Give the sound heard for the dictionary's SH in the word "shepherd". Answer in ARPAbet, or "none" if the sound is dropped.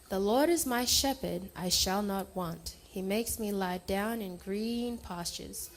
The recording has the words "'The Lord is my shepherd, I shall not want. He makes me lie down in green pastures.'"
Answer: SH